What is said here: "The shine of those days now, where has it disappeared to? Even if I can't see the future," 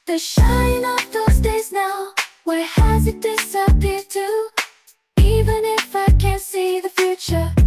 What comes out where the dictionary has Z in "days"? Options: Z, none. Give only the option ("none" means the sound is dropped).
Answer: Z